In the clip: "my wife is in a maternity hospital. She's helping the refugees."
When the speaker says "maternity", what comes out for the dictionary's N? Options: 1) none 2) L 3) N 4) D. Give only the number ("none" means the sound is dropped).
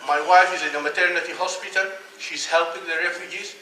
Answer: 3